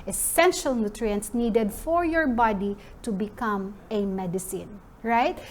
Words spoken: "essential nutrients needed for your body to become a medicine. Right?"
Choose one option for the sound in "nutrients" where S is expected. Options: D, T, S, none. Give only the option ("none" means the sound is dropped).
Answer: S